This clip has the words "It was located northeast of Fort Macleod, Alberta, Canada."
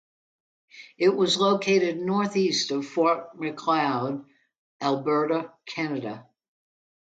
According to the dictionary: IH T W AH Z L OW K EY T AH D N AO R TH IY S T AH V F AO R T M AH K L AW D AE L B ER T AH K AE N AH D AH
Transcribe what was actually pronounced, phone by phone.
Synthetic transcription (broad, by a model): IH T W AH Z L OW K EY T AH D N AO R TH IY S T AH V F AO R T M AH K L AW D AE L B ER T AH K AE N AH D AH